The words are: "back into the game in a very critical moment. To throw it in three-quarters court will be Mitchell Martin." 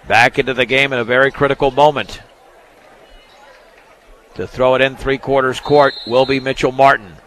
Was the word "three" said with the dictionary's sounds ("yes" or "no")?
yes